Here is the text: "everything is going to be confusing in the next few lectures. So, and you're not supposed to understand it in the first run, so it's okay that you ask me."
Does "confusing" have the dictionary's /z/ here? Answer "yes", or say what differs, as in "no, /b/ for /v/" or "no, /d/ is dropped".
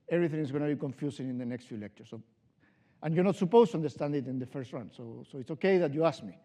no, /s/ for /z/